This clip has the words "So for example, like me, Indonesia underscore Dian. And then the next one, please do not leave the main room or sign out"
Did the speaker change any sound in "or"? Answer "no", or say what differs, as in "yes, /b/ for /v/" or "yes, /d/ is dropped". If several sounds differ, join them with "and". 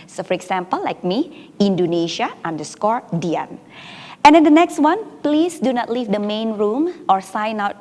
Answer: no